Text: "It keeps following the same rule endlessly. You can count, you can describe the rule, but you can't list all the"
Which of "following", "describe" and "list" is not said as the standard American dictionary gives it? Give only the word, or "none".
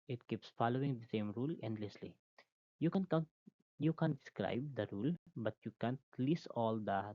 list